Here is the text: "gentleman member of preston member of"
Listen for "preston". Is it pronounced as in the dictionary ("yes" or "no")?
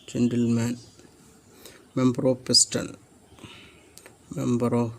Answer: no